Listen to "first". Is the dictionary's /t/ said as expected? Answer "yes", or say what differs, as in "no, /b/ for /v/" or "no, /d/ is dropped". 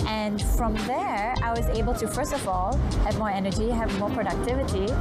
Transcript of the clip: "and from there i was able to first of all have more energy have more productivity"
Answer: yes